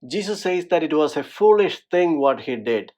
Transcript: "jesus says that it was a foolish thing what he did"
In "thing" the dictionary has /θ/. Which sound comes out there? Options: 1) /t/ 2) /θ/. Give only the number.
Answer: 1